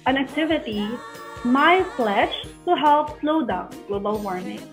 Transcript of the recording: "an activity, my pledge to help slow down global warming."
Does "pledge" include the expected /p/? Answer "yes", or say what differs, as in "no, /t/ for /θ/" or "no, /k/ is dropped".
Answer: no, /f/ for /p/